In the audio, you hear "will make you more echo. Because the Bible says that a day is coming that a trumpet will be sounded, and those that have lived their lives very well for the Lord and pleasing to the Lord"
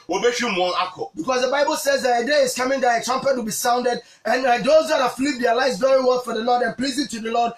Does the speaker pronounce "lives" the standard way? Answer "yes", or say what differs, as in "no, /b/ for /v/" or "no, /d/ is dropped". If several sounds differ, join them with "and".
no, /v/ is dropped